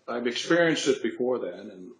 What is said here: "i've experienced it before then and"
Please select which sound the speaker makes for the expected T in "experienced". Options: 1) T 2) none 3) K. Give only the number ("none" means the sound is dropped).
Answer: 1